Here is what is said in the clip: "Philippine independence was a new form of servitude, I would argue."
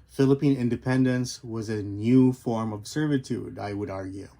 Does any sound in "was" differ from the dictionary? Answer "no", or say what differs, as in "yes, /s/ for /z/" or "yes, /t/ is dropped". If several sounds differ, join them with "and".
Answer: no